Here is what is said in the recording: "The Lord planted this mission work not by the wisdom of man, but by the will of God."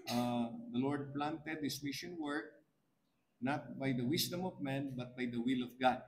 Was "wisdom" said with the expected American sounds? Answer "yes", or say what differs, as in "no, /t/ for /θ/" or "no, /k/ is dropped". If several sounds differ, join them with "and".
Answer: no, /s/ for /z/